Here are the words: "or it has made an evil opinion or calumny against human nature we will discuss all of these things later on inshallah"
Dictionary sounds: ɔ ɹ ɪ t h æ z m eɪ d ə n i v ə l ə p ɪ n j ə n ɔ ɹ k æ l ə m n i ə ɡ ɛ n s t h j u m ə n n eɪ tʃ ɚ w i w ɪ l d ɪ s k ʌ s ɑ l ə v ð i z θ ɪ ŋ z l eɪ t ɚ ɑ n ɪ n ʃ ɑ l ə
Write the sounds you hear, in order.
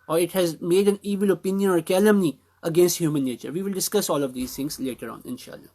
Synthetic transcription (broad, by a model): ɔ ɹ ɪ t h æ z m eɪ d ə n i v ə l ə p ɪ n j ə n ɔ ɹ k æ l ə m n i ə ɡ ɛ n s t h j u m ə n n eɪ tʃ ɚ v i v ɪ l d ɪ s k ʌ s ɑ l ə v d i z t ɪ ŋ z l eɪ t ɚ ɑ n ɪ n ʃ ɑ l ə